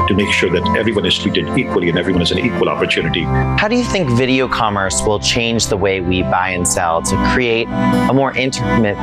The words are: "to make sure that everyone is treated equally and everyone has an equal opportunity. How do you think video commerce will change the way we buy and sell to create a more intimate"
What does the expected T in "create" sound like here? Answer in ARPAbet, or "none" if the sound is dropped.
T